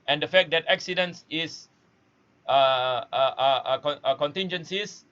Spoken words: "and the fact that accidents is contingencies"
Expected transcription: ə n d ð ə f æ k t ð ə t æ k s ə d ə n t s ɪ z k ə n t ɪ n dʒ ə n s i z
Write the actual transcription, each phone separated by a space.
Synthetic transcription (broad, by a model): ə n d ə f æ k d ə t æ k s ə d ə n s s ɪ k k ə n t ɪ n dʒ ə n s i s